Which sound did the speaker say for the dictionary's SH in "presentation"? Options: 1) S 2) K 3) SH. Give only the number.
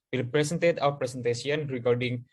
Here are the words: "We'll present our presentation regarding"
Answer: 1